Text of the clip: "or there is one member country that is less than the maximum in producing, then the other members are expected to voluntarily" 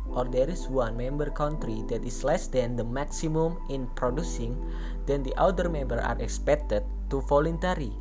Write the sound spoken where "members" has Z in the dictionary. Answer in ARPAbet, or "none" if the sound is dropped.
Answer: none